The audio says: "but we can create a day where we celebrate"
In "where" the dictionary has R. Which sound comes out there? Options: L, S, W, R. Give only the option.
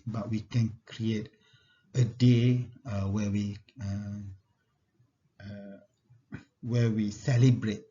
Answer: W